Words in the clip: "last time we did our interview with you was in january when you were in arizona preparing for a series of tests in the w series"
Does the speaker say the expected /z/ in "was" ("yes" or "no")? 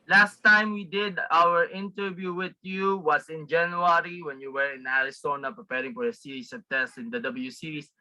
no